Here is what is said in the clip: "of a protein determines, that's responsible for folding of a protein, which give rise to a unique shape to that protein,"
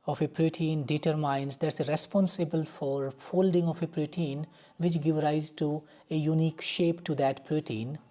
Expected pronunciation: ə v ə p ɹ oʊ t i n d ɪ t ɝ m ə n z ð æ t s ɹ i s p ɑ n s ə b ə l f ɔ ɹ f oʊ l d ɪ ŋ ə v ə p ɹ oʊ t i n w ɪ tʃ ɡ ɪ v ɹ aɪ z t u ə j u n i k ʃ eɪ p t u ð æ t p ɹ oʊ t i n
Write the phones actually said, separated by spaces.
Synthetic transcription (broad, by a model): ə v ə p ɹ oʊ t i n d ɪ t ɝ m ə n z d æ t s ɹ i s p ɑ n s ə b ə l f ɔ ɹ f oʊ l d ɪ ŋ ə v ə p ɹ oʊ t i n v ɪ tʃ ɡ ɪ v ɹ aɪ z t u ə j u n i k ʃ eɪ p t u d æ t p ɹ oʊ t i n